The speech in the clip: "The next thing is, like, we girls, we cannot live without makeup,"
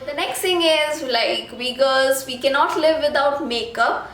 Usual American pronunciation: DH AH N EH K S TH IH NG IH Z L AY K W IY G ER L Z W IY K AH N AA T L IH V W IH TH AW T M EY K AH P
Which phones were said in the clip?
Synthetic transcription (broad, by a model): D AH N EH K S T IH NG IH Z L AY K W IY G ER Z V IY K AH N AA T L IH V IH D AW T M EY K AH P